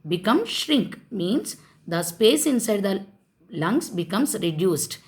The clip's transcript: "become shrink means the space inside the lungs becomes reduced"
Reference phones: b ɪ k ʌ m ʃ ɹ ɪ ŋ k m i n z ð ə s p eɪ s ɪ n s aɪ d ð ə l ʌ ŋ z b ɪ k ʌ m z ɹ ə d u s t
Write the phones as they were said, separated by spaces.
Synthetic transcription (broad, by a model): b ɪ k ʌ m ʃ ɹ ɪ ŋ k m i n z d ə s p eɪ s ɪ n s aɪ d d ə l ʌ ŋ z b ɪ k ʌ m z ɹ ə d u s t